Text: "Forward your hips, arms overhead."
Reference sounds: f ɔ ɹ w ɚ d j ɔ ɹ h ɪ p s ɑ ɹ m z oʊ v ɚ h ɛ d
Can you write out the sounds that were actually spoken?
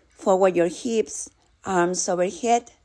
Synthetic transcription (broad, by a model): f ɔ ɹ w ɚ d j ɔ ɹ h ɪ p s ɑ ɹ m s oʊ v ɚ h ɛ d